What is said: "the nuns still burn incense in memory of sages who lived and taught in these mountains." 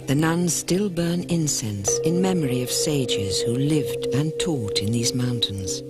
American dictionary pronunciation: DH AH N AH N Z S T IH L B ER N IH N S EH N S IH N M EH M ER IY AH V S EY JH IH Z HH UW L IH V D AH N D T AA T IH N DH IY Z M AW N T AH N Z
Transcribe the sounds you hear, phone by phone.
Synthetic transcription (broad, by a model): DH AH N AH N S T IH L B ER N IH N S EH N S IH N M EH M ER IY AH V S EY JH IH Z HH UW L IH V D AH N T AA T IH N DH IY Z M AW N T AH N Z